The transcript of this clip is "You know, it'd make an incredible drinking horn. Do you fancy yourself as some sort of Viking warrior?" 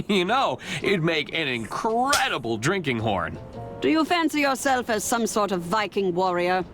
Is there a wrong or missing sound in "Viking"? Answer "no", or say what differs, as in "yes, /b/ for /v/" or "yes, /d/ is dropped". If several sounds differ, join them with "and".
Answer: no